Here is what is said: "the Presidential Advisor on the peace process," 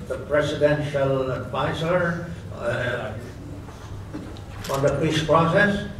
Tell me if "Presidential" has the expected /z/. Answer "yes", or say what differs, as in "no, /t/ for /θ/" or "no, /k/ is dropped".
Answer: no, /s/ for /z/